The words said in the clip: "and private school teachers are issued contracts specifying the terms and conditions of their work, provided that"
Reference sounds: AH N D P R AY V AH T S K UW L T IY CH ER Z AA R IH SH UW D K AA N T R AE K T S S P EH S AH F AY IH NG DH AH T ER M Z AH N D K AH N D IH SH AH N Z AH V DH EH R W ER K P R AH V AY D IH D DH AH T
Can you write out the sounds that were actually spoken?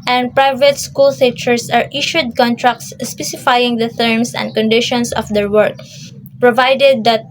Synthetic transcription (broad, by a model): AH N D P R AY V AH T S K UW L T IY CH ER S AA R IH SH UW D K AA N T R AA K T S S P EH S AH F AY IH NG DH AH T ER M S AH N D K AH N D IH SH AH N S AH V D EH R W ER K P R AH V AY D IH D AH T